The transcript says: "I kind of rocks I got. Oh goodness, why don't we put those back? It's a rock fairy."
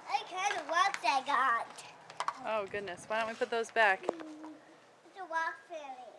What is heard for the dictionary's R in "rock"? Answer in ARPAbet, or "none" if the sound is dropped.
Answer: W